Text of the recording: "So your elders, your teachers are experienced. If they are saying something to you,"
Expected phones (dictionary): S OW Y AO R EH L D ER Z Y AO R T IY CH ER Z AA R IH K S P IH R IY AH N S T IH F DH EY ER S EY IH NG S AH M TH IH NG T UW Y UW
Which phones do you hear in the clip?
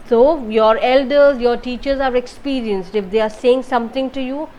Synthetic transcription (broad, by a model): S OW Y AO R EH L D ER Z Y AO R T IY CH ER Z AA R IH K S P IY R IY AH N S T IH F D EY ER S EY IH NG S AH M T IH NG T UW Y UW